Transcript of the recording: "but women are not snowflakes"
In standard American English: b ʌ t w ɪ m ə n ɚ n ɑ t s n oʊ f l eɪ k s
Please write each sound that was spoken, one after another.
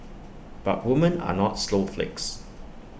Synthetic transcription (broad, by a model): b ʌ t w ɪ m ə n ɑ n ɑ t s l oʊ f l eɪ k s